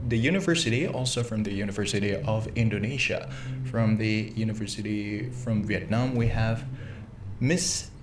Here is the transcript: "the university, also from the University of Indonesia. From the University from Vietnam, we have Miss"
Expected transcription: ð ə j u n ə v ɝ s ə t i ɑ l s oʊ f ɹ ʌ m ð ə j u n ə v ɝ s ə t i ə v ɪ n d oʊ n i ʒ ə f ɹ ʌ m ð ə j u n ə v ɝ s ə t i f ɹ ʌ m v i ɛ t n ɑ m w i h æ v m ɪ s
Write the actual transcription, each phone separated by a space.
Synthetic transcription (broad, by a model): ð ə j u n ə v ɝ s ə t i ɑ l s oʊ f ɹ ʌ m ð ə j u n ə v ɝ s ə t i ə v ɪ n d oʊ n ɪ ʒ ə f ɹ ʌ m ð ə j u n ə v ɝ s ə t i f ɹ ʌ m v i ɛ t n ɑ m w i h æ v m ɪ s